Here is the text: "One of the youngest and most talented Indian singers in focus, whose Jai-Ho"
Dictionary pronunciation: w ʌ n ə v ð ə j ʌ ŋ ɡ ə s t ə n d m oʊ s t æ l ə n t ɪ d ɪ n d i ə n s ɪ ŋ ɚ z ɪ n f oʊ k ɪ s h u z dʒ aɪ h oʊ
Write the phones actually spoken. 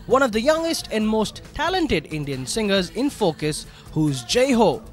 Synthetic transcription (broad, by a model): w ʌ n ə v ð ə j ʌ ŋ ɡ ə s t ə n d m oʊ s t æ l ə n t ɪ d ɪ n d i ə n s ɪ ŋ ɚ z ɪ n f oʊ k ɪ s h u z dʒ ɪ h oʊ